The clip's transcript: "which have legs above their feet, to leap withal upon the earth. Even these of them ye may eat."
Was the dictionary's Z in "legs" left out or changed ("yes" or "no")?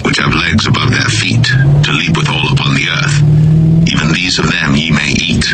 no